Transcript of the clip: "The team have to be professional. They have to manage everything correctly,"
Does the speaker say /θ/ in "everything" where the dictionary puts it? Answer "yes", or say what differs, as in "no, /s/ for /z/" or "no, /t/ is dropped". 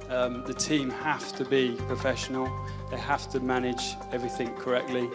yes